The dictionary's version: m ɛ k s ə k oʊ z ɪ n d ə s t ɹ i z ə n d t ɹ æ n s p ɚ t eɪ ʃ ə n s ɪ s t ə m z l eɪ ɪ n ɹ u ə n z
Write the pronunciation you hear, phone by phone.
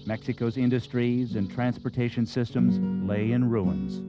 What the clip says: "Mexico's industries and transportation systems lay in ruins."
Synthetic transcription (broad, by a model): m ɛ k s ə k oʊ z ɪ n d ə s t ɹ i z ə n t ɹ æ n s p ɚ t eɪ ʃ ə n s ɪ s t ə m z l eɪ ɪ n ɹ u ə n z